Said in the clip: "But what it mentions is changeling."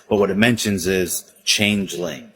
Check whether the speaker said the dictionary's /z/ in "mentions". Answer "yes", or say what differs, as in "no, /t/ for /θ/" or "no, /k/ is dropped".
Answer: yes